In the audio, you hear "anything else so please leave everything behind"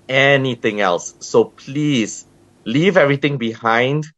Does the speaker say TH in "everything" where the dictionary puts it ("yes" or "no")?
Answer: no